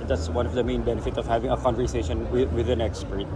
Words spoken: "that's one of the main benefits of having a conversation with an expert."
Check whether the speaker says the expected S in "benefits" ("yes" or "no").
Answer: no